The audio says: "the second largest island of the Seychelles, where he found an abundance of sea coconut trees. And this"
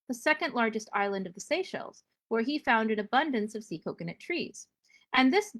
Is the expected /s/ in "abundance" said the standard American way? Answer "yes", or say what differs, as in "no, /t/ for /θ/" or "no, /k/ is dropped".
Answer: yes